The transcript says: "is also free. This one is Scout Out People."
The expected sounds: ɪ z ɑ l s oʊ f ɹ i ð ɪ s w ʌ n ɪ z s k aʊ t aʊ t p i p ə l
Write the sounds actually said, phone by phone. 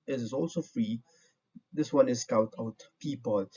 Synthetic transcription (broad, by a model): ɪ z ɑ l s oʊ f ɹ i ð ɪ s w ʌ n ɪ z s k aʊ t aʊ t p i p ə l